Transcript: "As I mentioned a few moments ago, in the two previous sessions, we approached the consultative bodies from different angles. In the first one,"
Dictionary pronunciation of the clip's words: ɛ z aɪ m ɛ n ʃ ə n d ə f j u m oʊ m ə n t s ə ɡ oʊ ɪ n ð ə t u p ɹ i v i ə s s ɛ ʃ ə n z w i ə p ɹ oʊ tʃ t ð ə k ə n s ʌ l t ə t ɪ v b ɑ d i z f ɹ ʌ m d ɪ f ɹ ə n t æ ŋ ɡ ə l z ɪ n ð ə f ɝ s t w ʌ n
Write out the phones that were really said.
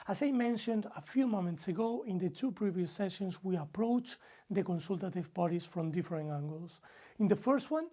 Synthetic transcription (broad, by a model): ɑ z aɪ m ɛ n ʃ ə n d ə f j u m oʊ m ə n t s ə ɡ oʊ ɪ n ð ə t u p ɹ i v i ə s s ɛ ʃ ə n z w i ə p ɹ oʊ tʃ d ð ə k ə n s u l t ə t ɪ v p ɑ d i s f ɹ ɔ m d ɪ f ɹ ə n æ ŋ ɡ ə l s ɪ n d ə f ɝ s t w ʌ n